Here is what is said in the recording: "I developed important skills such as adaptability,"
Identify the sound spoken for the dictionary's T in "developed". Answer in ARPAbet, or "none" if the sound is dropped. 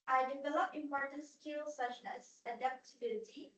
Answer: none